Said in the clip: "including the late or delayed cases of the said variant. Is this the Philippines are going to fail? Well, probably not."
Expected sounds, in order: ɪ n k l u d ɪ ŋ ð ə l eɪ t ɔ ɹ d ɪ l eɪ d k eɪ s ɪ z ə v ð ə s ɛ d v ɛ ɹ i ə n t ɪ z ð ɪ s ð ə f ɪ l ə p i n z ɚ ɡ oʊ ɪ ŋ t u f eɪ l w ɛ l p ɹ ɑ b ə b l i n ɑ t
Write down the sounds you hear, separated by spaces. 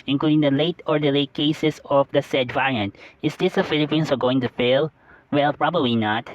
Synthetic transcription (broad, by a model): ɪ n k l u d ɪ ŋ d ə l eɪ t ɔ ɹ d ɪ l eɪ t k eɪ s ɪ s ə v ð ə s ɛ d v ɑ ɹ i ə n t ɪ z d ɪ s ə f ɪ l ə p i n s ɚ ɡ oʊ ɪ ŋ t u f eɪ l w ɛ l p ɹ ɑ b ə b l i n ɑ t